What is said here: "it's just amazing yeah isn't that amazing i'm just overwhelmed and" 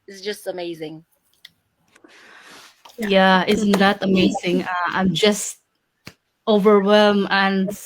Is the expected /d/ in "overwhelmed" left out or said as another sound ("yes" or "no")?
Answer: yes